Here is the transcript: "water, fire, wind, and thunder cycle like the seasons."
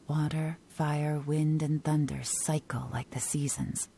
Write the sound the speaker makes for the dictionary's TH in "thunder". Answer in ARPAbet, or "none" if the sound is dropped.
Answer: TH